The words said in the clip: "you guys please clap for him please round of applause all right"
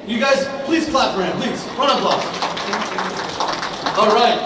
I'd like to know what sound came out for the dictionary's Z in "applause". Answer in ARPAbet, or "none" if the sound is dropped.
none